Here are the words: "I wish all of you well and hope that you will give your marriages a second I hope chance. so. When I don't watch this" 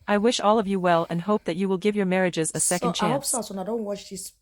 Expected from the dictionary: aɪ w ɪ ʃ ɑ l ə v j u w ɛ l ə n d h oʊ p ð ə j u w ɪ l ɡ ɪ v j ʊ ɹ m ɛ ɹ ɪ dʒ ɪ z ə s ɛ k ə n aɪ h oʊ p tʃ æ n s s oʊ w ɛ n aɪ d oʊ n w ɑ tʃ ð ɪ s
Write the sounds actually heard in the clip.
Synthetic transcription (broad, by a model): aɪ w ɪ ʃ ɑ l ə v j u w ɛ l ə n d h oʊ p ð ə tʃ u w ɪ l ɡ ɪ v j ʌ ɹ m ɛ ɹ ɪ dʒ ɪ z ə s ɛ k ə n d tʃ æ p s s oʊ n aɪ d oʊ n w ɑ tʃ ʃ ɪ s